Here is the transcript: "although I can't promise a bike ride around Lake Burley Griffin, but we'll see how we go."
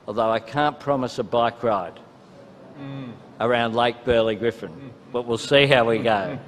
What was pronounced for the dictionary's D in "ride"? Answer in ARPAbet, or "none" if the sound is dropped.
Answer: D